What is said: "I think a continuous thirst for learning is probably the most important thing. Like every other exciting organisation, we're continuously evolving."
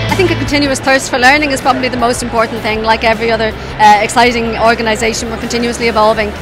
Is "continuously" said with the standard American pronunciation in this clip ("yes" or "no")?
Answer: yes